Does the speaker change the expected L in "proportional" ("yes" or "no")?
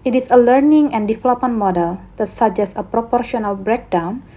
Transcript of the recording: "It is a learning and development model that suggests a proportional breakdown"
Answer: no